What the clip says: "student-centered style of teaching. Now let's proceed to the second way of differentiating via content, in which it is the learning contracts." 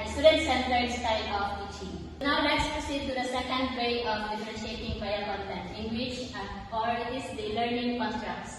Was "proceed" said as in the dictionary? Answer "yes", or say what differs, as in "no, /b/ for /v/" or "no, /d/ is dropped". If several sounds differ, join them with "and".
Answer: no, /ɹ/ is dropped